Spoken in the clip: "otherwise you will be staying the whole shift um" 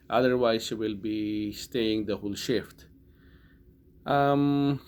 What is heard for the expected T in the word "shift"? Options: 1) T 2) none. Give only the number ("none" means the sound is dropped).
1